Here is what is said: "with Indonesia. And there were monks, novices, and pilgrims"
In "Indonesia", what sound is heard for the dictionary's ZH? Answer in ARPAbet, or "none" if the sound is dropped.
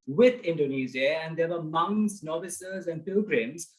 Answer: Z